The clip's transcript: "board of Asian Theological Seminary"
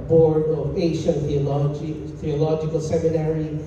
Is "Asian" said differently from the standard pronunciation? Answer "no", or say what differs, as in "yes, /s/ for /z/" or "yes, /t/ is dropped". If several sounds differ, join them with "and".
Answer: yes, /l/ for /n/